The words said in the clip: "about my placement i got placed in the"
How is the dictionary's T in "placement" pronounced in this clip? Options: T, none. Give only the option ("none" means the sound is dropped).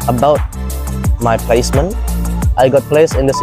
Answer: T